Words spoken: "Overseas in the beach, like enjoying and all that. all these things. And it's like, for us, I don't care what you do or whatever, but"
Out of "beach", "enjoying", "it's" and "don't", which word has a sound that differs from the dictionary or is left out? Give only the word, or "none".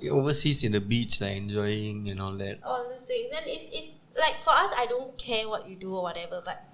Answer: none